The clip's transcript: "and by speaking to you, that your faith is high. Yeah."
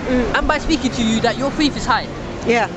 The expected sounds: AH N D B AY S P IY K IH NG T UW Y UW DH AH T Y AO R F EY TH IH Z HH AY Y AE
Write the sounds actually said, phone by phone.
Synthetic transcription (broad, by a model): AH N B AY S P IY K IH NG T UW Y UW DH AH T Y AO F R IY F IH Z HH AY Y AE